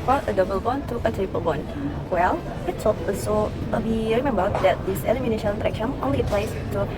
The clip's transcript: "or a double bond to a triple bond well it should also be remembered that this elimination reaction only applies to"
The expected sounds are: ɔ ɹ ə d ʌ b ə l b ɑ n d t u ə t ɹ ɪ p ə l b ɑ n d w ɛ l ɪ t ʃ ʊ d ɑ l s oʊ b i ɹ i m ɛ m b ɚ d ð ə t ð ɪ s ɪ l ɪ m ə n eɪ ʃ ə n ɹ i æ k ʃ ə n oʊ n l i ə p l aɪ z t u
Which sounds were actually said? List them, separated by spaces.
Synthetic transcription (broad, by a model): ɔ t ə d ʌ b ə l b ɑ n t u ə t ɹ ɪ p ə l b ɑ n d w ɛ l ɪ t s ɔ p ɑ s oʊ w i ɹ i m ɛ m b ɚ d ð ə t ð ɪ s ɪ l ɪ m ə n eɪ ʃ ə n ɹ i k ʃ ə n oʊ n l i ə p l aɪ s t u